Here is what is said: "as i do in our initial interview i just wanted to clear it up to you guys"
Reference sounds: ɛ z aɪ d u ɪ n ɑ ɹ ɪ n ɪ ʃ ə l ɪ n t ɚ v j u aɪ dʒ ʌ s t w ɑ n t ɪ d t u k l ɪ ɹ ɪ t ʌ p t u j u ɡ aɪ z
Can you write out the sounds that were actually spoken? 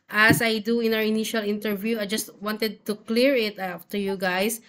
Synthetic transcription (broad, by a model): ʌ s aɪ d u ɪ n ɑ w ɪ n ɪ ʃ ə l ɪ n t ɚ v j u aɪ dʒ ʌ s t w ɑ n t ɪ d t u k l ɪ ɹ ɪ t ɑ f t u j u ɡ aɪ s